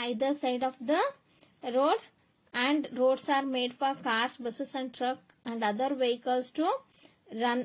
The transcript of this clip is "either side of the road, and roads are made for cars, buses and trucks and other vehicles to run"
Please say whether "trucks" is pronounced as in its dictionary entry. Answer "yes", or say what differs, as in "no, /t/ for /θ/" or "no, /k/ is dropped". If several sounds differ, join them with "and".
no, /s/ is dropped